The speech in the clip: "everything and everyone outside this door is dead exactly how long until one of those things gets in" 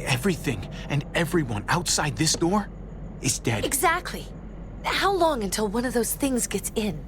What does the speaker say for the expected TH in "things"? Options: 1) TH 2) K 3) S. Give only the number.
1